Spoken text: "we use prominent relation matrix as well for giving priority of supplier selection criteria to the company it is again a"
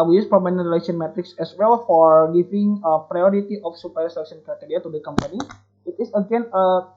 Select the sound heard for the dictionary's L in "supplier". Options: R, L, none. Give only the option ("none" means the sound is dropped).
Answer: none